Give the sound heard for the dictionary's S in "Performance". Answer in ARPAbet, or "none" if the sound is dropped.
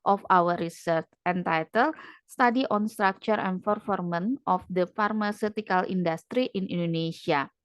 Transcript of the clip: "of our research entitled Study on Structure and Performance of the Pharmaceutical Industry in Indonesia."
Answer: none